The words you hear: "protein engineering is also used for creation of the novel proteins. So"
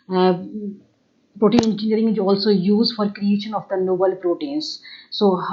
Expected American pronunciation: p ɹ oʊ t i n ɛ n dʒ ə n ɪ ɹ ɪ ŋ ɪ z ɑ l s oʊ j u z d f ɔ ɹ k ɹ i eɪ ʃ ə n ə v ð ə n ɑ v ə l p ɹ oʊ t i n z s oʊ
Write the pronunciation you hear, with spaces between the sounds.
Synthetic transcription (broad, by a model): p ɹ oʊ t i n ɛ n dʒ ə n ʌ ɹ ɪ ŋ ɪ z ɑ l s oʊ j u z d f ɔ ɹ k ɹ i eɪ ʃ ə n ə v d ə n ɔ b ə l p ɹ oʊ t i n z s oʊ